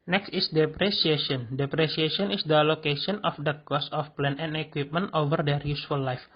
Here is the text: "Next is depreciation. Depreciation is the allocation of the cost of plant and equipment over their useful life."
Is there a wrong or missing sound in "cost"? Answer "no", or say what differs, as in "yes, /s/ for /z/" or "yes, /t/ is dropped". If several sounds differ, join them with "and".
yes, /t/ is dropped